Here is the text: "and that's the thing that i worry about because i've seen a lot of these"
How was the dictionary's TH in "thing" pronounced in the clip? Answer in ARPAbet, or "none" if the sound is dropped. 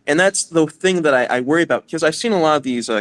TH